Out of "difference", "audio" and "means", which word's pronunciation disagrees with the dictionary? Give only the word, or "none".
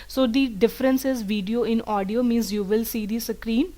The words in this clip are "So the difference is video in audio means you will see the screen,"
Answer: none